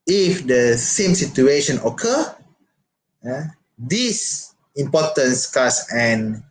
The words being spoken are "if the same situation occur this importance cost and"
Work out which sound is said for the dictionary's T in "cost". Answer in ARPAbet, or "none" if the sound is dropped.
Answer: none